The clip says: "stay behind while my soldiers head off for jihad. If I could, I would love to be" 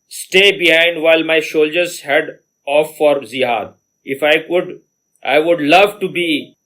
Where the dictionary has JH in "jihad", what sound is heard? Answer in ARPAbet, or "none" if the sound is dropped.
Z